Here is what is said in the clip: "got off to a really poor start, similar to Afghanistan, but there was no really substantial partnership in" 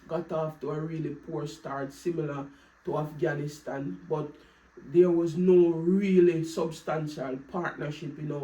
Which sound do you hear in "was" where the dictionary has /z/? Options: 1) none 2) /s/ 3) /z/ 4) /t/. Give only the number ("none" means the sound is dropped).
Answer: 3